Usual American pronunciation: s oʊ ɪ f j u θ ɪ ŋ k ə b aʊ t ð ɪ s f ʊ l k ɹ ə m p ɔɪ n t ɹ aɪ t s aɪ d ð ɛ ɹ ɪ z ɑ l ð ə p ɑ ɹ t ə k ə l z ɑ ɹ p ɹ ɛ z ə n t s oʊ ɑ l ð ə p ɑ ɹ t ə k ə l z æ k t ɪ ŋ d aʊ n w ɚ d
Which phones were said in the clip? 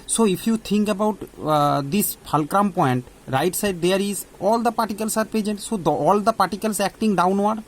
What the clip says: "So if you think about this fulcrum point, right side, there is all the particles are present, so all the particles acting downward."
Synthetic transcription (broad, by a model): s oʊ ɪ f j u t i ŋ k ə b aʊ t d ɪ s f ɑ l k ɹ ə m p ɔɪ n t ɹ aɪ t s aɪ d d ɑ ɹ ɪ z ɑ l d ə p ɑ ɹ t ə k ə l s ɑ ɹ p ɛ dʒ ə n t s oʊ ɑ l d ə p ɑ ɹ t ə k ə l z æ k t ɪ ŋ d aʊ n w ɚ d